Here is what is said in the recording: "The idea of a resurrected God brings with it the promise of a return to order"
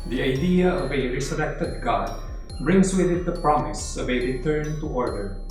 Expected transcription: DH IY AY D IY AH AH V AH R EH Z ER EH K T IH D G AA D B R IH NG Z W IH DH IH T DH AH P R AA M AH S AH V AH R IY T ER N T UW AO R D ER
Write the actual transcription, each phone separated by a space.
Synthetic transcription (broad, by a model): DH IY AY D IY AH AH V AH R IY S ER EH K T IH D G AA D B R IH NG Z W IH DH IH T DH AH P R AA M AH S AH V AH R IY T ER N T UW AO R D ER